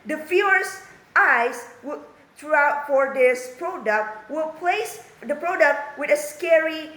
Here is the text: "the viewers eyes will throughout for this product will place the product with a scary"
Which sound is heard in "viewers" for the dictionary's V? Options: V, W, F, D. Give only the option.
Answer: F